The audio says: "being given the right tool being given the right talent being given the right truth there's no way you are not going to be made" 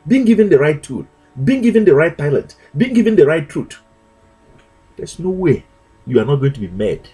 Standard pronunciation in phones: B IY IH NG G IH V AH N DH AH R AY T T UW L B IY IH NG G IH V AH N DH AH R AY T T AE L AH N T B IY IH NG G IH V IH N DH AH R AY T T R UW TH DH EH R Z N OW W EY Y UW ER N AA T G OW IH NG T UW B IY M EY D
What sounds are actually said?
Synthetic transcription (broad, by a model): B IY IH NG G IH V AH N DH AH R AY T T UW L B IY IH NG G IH V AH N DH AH R AY T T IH L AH T B IY IH NG G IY V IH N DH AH R AY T T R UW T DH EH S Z N OW W EY Y UW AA N AA T G OW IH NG T UW B IY M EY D